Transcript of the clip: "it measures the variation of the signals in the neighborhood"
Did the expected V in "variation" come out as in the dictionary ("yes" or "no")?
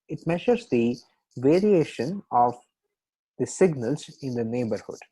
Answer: yes